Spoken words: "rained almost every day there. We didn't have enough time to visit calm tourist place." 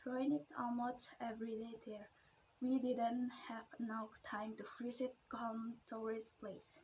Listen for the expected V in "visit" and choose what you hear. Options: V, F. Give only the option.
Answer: F